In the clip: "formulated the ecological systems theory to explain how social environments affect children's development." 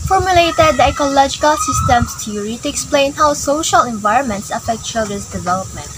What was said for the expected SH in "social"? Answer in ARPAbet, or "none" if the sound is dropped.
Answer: SH